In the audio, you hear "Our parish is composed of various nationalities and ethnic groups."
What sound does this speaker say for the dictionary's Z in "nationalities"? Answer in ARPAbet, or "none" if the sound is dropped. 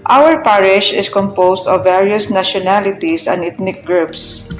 S